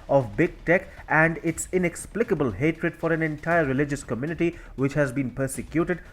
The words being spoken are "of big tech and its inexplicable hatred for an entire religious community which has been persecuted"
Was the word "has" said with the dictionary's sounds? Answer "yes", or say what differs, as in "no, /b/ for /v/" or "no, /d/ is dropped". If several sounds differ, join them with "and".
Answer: yes